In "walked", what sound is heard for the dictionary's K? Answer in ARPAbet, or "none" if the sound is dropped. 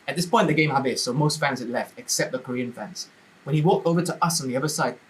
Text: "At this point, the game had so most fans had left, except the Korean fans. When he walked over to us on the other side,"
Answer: K